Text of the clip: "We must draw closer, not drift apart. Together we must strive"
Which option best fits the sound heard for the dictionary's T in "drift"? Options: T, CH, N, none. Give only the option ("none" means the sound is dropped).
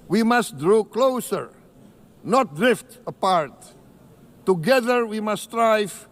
T